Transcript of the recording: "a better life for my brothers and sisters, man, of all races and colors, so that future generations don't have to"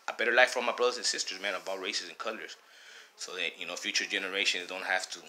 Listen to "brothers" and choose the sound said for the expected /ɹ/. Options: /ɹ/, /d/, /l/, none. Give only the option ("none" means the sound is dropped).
/ɹ/